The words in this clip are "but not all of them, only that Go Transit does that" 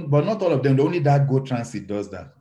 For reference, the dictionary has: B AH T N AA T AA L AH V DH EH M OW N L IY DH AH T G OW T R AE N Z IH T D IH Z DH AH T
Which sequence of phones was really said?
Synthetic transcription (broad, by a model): B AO T N AA T AA L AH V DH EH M OW N L IY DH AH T G OW T R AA N S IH T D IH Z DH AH T